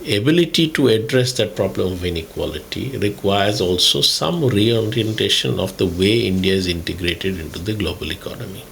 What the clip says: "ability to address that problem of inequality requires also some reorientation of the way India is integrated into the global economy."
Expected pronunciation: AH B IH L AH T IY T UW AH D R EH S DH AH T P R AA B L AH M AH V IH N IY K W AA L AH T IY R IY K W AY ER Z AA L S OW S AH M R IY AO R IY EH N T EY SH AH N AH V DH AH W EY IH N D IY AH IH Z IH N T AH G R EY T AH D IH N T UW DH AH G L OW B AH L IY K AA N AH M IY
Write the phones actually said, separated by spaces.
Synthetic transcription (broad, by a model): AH B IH L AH T IY T UW AH D R EH S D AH T P R AA B L AH M AH V IH N IY K W AA L AH T IY R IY K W AY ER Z AA L S OW S AH M R IY AO R IY EH N T EY SH AH N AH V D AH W EY IH N D IY AH IH Z IH N T AH G R EY T AH D IH N T UW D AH G L OW B AH L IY K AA N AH M IY